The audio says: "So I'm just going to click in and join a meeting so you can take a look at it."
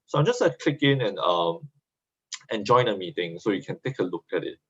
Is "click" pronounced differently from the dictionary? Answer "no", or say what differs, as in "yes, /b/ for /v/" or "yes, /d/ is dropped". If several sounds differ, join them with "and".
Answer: yes, /l/ is dropped